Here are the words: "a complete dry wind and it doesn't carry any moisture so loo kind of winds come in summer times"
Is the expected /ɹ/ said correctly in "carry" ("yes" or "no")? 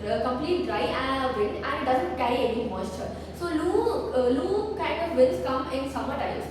no